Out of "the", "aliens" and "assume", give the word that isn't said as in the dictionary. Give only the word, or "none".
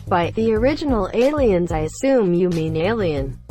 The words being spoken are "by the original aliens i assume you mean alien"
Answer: none